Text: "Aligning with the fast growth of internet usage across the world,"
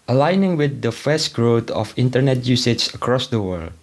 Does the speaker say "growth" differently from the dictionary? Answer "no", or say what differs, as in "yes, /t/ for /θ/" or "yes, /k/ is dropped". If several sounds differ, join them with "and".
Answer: yes, /t/ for /θ/